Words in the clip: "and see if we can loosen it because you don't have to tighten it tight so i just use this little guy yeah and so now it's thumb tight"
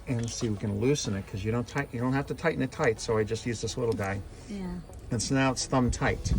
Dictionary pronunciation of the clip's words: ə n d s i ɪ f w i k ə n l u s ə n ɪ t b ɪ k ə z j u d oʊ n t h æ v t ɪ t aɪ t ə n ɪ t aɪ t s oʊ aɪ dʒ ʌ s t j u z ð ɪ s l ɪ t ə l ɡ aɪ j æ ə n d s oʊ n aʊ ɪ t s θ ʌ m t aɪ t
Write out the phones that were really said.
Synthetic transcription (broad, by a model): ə n s i w i k ə n l u s ə n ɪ t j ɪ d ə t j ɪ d oʊ n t h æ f t ɪ t aɪ t n ɪ t aɪ t s oʊ aɪ dʒ ʌ s t j u z ð ɪ s l ɪ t l ɡ aɪ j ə n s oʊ n aʊ ɪ t s θ ʌ m t aɪ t